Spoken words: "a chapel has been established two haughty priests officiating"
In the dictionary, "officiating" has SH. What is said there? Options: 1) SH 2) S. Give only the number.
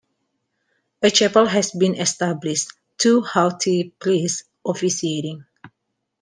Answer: 2